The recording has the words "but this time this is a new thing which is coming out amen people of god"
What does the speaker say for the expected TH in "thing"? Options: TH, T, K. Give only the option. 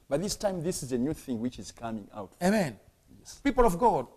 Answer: TH